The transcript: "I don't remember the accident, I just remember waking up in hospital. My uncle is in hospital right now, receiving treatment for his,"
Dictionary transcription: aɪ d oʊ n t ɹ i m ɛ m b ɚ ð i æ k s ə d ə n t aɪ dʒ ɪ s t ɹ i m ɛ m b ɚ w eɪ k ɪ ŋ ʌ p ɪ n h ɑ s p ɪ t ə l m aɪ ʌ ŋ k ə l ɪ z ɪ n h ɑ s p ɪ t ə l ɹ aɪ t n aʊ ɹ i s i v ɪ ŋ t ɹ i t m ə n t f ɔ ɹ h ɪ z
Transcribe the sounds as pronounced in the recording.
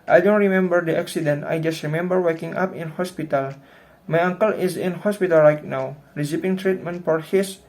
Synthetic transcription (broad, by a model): aɪ d oʊ n t ɹ i m ɛ m b ɚ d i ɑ k s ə d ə n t aɪ dʒ ɪ s t ɹ i m ɛ m b ɚ w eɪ k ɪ ŋ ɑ p ɪ n h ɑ s p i t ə l m aɪ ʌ ŋ k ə l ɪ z ɪ n h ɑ s p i t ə l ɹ aɪ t n aʊ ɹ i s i p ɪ ŋ t ɹ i t m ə n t f ɔ ɹ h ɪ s